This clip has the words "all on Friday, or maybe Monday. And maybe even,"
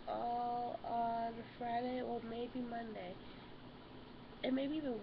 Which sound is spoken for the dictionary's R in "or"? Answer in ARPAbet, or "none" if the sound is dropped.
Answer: L